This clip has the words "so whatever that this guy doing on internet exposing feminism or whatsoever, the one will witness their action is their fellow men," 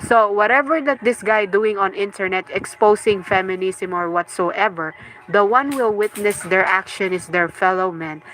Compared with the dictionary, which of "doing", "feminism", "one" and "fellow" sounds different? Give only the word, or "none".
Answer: feminism